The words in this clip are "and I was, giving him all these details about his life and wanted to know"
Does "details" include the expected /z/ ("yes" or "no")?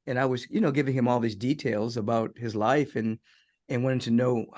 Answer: yes